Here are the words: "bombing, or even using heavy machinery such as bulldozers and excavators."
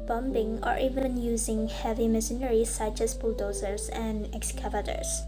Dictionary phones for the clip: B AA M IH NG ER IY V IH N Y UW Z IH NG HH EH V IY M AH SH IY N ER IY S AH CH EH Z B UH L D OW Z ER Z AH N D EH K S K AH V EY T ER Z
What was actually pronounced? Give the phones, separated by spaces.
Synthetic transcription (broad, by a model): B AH M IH NG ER IY V IH N Y UW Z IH NG HH EH V IY M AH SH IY N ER IY S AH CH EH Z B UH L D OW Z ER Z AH N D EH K S K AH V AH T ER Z